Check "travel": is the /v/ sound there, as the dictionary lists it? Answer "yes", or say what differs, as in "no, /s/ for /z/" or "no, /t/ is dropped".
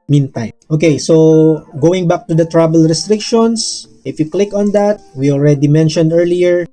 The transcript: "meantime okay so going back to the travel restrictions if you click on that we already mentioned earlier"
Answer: no, /b/ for /v/